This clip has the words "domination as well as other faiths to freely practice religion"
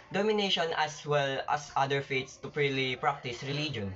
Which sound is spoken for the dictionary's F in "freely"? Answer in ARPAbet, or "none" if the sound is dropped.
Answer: P